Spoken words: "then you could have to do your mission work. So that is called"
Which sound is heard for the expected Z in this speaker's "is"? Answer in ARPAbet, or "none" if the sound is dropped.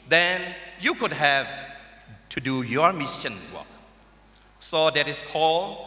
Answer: S